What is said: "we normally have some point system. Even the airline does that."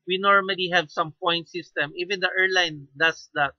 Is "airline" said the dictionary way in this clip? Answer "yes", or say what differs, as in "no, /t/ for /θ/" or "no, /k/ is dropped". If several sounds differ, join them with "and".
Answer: yes